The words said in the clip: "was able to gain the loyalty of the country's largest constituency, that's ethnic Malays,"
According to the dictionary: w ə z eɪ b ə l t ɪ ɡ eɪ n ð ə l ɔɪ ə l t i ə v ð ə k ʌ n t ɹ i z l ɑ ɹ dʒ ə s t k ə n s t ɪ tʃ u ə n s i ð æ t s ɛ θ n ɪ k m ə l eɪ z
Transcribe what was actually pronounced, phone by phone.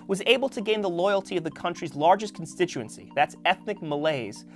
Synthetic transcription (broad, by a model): w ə z eɪ b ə l t ɪ ɡ eɪ n ð ə l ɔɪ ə l t i ə v ð ə k ʌ n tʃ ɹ i z l ɑ ɹ dʒ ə s k n s t ɪ tʃ u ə n s i ð æ t s ɛ θ n ɪ k m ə l eɪ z